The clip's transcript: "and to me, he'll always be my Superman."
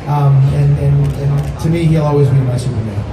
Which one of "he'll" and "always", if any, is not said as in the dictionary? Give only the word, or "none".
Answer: none